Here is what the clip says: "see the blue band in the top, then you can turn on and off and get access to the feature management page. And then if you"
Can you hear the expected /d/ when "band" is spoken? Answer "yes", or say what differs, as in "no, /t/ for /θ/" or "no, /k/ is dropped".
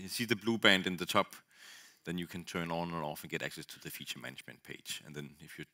yes